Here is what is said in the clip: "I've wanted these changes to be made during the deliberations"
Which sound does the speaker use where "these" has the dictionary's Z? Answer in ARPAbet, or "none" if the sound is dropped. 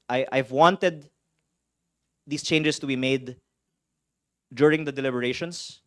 S